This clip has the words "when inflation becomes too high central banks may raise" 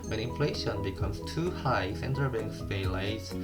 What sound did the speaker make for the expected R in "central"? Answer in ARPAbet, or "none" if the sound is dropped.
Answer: none